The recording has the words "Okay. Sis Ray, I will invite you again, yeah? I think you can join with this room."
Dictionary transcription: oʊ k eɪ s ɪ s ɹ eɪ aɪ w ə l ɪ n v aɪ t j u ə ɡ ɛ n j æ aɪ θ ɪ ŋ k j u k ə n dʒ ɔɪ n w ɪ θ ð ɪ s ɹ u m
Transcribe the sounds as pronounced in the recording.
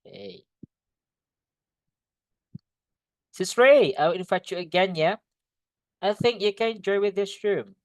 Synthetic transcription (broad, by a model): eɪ s ɪ s ɹ eɪ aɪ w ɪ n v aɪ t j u ə ɡ ɛ n j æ aɪ θ ɪ ŋ k j u k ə n dʒ ɔɪ w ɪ ð ɪ s ɹ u m